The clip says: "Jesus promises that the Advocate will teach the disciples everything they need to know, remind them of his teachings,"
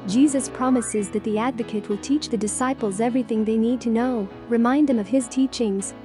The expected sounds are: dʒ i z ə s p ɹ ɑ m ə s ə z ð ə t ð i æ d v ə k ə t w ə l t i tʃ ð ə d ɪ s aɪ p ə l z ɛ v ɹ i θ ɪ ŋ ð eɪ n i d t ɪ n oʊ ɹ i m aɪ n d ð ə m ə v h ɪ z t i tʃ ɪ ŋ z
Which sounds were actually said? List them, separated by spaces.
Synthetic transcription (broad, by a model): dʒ i z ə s p ɹ ɑ m ə s ə z ð ə t ð i æ d v ə k ə t w ə l t i tʃ ð ə d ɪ s aɪ p l z ɛ v ɹ i θ ɪ ŋ ð eɪ n i d t ɪ n oʊ ɹ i m aɪ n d ð ə m ə v ɪ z t i tʃ ɪ ŋ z